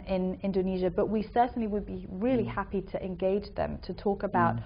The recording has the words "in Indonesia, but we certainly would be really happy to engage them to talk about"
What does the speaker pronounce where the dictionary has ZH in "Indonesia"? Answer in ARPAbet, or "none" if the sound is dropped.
ZH